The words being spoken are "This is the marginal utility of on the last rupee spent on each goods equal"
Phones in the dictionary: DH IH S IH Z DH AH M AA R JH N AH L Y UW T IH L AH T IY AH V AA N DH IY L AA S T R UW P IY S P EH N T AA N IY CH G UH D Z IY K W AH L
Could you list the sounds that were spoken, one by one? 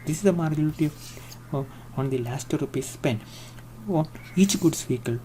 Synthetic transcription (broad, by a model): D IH S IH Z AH M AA R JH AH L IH T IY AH AA N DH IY L AA S T R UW P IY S P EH N AA N IY CH G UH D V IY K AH L